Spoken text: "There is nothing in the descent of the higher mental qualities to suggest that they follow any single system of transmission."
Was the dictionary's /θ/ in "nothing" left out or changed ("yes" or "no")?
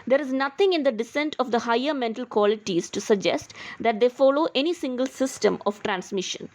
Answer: yes